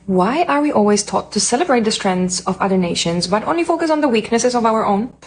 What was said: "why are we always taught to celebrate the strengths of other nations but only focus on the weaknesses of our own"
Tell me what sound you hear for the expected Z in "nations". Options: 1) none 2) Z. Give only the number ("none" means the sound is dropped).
2